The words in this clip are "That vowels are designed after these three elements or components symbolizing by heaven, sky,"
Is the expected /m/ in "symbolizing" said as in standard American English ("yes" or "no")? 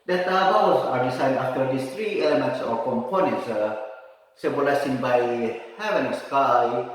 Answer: no